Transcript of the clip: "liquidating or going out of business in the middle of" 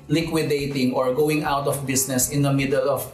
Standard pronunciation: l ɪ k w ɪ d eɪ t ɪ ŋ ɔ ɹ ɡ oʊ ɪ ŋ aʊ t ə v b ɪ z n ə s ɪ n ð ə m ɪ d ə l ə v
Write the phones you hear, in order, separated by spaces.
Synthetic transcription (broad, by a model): l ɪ k w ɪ d eɪ t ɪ ŋ ɔ ɹ ɡ oʊ ɪ ŋ aʊ t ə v b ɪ s n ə s ɪ n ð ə m ɪ d ə l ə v